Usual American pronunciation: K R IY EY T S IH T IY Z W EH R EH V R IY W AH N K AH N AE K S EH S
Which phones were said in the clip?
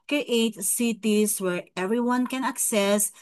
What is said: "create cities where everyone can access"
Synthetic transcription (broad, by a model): K R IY EY T S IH T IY S W EH R EH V R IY W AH N K AH N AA K S EH S